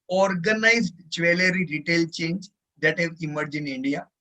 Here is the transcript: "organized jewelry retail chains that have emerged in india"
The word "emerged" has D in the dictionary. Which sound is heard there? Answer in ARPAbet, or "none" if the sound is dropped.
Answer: none